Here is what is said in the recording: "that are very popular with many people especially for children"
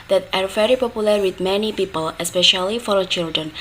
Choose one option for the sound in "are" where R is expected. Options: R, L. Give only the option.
R